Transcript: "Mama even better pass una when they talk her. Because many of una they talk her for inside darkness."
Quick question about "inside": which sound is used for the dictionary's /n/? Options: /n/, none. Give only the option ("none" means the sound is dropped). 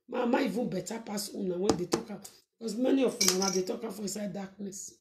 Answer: none